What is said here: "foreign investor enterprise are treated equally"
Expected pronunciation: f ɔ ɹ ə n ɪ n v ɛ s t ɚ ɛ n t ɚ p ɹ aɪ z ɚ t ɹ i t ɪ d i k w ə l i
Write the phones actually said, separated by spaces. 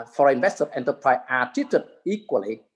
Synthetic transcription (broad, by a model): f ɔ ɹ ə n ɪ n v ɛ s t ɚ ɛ n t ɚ p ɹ aɪ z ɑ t i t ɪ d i k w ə l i